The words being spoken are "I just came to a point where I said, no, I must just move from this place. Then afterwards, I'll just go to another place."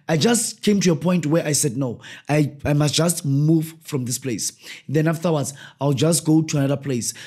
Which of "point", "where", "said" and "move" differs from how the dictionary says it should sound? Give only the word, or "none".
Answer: none